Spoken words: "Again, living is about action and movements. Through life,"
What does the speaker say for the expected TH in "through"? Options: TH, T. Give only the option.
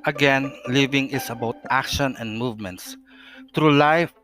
T